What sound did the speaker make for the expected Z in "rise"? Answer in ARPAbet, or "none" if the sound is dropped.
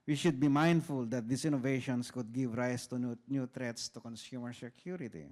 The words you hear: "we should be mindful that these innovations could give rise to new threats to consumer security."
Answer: S